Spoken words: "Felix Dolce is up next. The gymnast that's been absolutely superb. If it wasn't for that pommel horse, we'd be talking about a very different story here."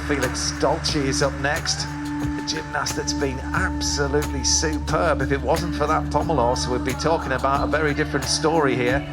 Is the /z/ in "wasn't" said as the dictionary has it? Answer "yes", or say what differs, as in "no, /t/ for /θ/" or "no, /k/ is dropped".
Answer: yes